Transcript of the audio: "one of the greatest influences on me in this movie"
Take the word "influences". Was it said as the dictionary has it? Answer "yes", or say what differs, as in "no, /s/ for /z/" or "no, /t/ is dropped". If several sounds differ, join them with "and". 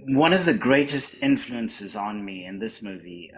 yes